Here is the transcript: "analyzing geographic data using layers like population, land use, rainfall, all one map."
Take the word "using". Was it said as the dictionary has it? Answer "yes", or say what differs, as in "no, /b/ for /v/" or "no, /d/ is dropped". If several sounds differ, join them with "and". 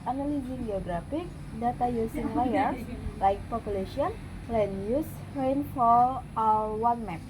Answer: no, /s/ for /z/